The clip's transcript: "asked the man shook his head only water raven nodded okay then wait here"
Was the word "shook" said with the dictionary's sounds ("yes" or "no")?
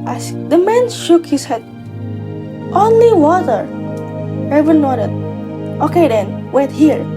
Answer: yes